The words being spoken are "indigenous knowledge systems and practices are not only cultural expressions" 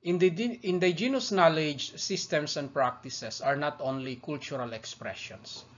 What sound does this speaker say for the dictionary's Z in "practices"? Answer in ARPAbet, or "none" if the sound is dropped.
S